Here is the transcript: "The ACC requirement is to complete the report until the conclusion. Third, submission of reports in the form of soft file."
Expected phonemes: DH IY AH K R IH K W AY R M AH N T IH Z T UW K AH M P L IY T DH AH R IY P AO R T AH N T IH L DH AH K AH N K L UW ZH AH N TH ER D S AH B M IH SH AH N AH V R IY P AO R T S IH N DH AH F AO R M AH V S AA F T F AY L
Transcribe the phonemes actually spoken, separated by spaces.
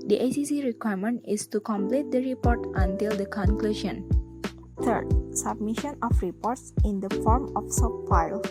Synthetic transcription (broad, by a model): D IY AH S R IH K W AY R M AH N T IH S T UW K AH M P L IY T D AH R IY P AO R T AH N T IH L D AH K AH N K L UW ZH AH N T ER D S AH B M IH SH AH N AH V R IY P AO R T S IH N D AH F AO R M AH F S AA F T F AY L